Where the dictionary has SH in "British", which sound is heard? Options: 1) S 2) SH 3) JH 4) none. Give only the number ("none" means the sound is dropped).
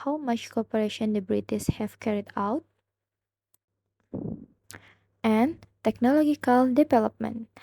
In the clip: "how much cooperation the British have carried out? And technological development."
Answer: 1